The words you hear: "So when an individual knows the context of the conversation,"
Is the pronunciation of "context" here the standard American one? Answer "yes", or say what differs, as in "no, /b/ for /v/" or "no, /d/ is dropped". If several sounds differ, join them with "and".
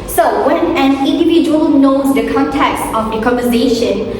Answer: yes